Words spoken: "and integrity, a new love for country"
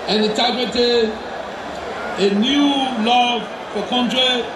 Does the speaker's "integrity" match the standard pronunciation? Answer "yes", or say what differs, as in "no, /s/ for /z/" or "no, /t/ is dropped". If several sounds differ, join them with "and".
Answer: no, /n/ is dropped